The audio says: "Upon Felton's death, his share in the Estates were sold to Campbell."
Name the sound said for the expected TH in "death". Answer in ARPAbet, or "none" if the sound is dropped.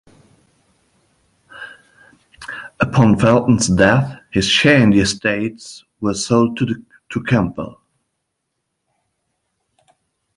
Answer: TH